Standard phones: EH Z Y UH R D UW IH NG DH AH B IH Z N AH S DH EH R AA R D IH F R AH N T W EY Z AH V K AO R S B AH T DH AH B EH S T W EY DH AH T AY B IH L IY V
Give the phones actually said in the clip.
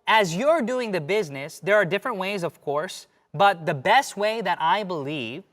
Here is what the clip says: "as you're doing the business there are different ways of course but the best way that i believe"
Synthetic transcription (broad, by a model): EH Z Y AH R D UW IH NG DH AH B IH Z N AH S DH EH R AA R D IH F R AH N T W EY Z AH V K AO R S B AH T DH AH B EH S T W EY DH AH T AY B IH L IY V